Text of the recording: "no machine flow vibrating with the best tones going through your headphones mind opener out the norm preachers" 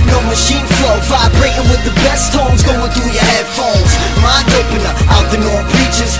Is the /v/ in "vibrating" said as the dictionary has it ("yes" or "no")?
no